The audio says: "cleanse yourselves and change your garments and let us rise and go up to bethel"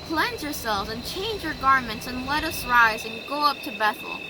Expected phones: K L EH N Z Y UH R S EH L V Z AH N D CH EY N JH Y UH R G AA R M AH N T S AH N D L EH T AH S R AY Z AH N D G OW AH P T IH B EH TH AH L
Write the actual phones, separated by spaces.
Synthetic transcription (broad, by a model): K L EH N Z Y UH R S EH L V Z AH N CH EY N JH Y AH R G AA R M AH N T S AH N L EH T AH S R AY Z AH N G OW AH P T IH B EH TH L